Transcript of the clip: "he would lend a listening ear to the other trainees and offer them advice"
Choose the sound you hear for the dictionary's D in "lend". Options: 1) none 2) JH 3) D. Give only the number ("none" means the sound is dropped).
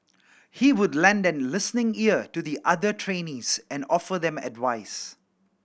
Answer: 3